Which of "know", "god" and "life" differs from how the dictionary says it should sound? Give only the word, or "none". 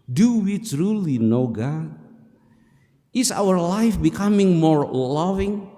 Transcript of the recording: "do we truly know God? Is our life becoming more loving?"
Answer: god